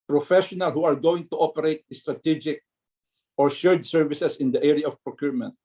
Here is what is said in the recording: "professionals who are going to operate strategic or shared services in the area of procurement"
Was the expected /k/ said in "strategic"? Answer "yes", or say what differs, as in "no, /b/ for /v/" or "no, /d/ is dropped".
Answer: yes